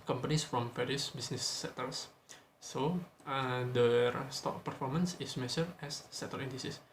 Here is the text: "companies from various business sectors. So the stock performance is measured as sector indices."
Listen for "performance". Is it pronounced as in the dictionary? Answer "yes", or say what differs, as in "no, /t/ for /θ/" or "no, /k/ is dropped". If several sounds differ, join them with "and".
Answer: yes